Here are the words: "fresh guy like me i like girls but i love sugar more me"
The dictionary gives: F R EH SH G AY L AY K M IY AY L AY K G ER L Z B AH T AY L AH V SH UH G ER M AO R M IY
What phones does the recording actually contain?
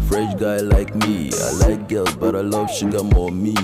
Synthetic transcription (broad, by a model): F R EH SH G AY L AY K M IY AY L AY K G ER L B AH T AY L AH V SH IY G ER M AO M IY